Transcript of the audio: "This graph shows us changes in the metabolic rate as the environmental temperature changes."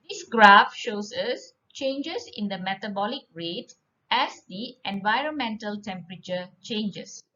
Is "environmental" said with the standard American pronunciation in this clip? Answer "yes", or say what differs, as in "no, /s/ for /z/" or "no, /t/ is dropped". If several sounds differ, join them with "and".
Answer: yes